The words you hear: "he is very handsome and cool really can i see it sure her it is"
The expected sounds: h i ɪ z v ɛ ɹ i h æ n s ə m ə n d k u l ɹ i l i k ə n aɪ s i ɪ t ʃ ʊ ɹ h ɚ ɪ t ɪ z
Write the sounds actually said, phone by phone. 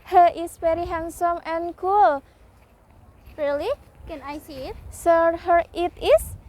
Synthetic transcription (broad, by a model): h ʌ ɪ s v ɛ ɹ i h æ n s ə m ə n k u l ɹ i l i k ə n aɪ s i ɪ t s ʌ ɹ h ɚ ɪ t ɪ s